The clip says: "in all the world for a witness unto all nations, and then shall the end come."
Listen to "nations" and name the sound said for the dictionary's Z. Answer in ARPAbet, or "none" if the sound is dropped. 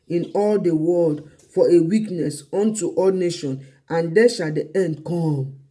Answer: none